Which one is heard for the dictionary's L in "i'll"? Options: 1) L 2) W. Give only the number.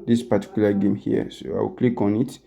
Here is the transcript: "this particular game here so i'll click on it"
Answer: 2